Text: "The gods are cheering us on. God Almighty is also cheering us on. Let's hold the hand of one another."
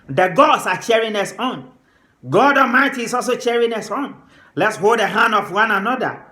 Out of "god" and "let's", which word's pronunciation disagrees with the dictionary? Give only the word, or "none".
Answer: none